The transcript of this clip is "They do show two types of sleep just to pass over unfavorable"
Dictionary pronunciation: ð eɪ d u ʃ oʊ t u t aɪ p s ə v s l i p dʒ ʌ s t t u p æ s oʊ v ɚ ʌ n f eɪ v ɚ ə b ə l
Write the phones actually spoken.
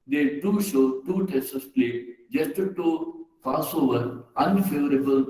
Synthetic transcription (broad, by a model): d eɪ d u ʃ oʊ t u t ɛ s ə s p l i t dʒ ʌ s t t u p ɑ s oʊ v ɚ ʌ n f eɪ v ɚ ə b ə l